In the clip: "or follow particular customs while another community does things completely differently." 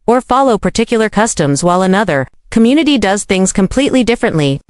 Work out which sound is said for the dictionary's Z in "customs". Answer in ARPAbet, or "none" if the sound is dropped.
Z